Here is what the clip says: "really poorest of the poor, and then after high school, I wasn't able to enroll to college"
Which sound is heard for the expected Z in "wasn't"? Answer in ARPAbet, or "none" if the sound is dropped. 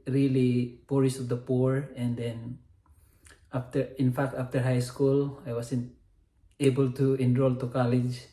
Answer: S